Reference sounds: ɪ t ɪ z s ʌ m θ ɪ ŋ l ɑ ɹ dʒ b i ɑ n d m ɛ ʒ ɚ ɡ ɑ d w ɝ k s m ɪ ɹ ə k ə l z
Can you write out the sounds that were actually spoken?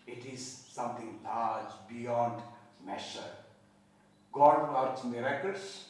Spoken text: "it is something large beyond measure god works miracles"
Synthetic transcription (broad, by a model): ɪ t ɪ z s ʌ m t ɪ ŋ l ɑ ɹ dʒ b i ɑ n d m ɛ ʃ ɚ ɡ ɑ d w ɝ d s m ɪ ɹ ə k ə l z